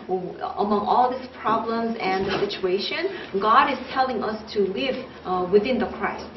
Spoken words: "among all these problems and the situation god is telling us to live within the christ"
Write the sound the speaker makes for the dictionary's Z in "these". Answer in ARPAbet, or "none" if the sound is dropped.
S